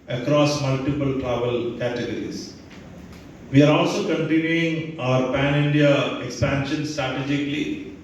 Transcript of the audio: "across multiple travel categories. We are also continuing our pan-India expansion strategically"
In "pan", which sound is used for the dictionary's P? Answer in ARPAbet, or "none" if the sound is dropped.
P